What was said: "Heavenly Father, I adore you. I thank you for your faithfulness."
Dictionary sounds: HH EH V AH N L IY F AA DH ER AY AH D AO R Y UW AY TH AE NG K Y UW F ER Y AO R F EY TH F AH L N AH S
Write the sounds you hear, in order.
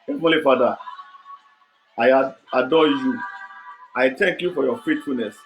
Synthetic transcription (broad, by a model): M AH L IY F AA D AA AY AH D AO Y UW AY T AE NG K Y UW F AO Y AO F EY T F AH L N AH S